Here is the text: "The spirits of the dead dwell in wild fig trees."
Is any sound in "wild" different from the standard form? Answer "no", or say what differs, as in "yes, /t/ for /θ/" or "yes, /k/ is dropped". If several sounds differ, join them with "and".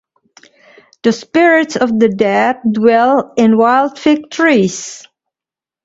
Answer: no